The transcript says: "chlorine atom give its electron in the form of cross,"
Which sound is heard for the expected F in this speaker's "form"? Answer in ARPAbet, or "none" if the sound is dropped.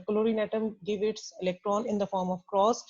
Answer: F